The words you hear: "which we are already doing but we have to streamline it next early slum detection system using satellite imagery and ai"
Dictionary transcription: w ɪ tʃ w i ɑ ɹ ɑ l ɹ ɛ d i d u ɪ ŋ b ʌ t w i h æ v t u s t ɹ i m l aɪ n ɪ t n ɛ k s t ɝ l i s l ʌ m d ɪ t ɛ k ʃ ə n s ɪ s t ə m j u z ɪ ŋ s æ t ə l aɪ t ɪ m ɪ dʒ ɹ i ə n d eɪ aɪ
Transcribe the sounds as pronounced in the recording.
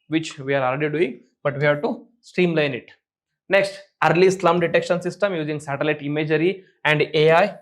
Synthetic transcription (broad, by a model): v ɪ tʃ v i ɑ ɹ ɑ l ɹ ɛ d i d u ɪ ŋ b ʌ t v i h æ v t u s t i m l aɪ n ɪ t n ɛ k s t ɝ l i s l ʌ m d ɪ t ɛ k ʃ ə n s ɪ s t ə m j u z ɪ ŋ s æ t ə l aɪ t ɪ m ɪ dʒ ɹ i ə n d eɪ aɪ